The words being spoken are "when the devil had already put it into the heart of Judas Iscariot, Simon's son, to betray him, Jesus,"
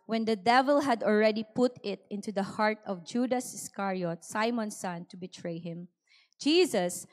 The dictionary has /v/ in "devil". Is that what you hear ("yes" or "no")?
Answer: yes